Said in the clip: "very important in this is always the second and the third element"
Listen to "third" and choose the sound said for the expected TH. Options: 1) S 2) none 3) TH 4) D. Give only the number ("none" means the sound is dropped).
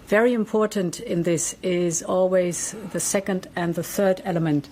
3